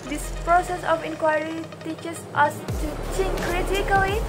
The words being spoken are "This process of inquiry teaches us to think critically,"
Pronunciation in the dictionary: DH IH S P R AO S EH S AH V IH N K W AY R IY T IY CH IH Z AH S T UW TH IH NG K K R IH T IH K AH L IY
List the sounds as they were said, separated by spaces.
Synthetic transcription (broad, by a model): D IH S P R AO S EH S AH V IH N K W AY R IY T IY CH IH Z AH S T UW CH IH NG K K R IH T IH K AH L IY